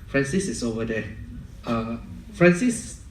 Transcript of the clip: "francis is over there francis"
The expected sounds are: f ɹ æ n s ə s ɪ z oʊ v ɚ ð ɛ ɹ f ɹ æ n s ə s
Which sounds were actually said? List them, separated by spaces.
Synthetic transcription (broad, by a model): f ɹ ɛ n s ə s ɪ s oʊ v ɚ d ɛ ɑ f ɹ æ n s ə s